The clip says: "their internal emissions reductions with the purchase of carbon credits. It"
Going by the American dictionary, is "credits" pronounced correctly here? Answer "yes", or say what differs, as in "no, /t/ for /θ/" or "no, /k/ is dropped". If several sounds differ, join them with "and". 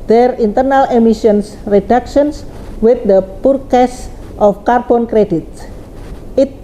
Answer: no, /s/ is dropped